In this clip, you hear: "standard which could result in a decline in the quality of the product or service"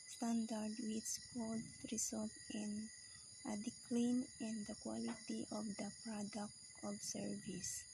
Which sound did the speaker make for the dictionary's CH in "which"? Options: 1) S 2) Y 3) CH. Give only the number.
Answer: 1